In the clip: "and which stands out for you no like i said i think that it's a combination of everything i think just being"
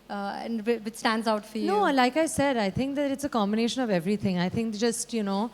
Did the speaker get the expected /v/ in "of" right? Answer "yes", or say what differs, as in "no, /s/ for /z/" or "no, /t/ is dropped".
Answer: yes